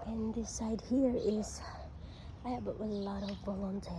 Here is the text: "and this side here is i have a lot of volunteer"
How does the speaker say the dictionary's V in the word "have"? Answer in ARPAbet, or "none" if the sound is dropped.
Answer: W